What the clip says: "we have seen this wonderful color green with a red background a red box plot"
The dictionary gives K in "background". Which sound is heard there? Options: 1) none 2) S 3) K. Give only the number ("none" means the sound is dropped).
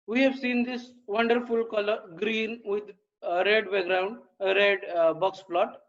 1